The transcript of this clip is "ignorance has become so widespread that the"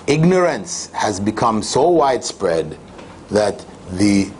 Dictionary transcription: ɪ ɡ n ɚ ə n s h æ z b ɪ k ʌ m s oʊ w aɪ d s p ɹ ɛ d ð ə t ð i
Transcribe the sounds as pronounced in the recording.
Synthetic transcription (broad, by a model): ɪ ɡ n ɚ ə n s h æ z b ɪ k ʌ m s oʊ w aɪ d s p ɹ ɛ d ð ə t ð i